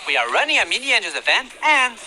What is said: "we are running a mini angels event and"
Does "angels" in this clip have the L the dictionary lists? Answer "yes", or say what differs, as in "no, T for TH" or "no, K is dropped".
no, L is dropped